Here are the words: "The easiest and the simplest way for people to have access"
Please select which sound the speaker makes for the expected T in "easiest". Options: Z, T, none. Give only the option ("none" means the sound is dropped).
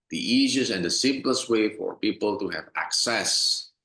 none